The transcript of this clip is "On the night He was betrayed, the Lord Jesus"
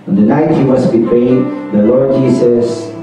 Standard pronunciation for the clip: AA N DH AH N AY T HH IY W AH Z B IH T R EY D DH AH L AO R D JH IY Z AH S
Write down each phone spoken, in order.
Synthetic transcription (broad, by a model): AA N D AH N AY T HH IY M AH S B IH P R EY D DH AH L AO R D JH IY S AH S